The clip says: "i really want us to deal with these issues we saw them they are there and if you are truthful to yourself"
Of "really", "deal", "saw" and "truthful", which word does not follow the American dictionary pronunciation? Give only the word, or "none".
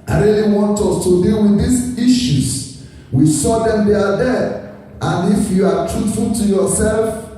truthful